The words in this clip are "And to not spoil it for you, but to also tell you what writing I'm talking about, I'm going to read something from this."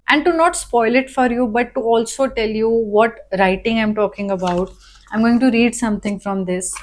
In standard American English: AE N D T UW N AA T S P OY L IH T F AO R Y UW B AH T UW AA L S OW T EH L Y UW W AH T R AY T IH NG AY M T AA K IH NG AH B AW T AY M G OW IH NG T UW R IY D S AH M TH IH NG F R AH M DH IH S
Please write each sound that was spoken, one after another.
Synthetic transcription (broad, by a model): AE N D T UW N AA T S P OY L IH T F AO R Y UW B AH T UW AA L S OW T EH L Y UW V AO T R AY T IH NG AY M T AA K IH NG AH B AW T AY M G OW IH NG T UW R IY D S AH M T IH NG F R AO M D IH S